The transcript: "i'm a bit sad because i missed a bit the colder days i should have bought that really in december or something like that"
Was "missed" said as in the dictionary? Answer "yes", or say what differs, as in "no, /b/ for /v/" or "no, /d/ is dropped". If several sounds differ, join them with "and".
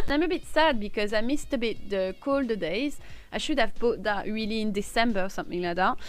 yes